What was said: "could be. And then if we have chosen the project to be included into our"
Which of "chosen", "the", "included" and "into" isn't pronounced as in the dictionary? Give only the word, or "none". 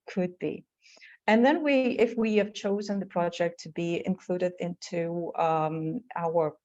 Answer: none